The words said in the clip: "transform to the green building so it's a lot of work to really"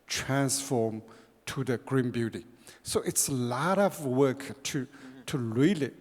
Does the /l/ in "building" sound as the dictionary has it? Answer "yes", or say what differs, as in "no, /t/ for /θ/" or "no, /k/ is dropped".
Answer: no, /l/ is dropped